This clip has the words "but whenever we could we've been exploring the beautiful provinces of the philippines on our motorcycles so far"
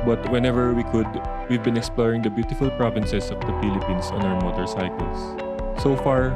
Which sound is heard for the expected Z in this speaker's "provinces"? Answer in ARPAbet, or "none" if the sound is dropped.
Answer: S